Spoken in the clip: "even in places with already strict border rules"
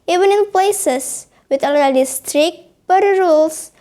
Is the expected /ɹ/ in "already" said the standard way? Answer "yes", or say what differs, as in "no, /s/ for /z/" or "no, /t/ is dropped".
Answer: no, /l/ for /ɹ/